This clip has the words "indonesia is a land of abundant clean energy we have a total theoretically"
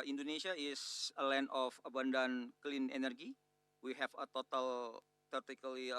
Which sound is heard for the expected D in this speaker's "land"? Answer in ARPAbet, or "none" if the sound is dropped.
none